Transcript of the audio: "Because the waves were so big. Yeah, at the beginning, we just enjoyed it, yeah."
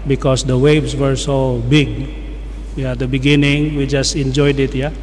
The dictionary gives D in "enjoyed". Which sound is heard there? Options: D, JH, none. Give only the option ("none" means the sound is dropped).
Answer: D